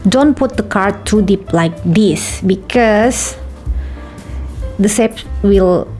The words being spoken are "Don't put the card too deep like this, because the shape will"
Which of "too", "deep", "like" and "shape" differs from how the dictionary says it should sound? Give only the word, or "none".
shape